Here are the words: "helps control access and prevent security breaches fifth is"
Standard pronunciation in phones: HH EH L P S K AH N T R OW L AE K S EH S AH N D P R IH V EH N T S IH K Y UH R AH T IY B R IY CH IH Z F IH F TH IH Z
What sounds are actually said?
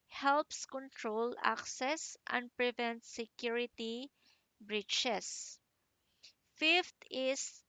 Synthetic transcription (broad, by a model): HH EH L P S K AH N T R OW L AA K S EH S AH N D P R IH V EH N T S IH K Y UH R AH T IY B R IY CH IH S F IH F T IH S